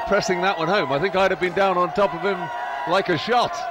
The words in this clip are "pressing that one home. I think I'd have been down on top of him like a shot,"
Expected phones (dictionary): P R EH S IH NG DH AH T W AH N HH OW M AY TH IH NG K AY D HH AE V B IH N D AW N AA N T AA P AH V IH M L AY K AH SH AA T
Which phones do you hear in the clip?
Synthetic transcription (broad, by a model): P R EH S IH NG DH AH T W AH N HH OW M AY TH IH NG K AY D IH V B IH N D AW N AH N T AA P AH V IH M L AY K AH SH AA T